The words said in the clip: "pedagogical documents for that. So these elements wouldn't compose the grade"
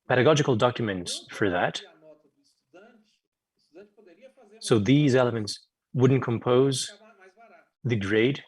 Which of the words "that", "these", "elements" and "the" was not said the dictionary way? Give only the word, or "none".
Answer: none